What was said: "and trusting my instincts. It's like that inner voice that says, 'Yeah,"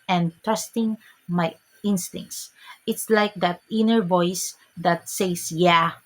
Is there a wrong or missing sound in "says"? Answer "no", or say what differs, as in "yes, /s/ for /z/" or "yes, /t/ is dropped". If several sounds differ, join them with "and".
yes, /s/ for /z/